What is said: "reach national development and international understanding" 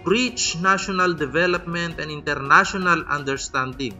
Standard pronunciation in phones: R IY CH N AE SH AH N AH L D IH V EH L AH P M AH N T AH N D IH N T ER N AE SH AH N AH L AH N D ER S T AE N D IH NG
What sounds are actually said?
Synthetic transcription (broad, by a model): R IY CH N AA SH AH N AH L D IH V EH L AH P M AH N T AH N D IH N T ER N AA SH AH N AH L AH N D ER S T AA N D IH NG